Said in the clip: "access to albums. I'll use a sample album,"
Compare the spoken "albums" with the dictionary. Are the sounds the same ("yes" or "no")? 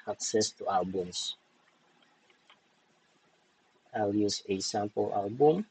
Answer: no